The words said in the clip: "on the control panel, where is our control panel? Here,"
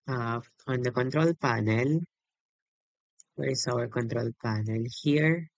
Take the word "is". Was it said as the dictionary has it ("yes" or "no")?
no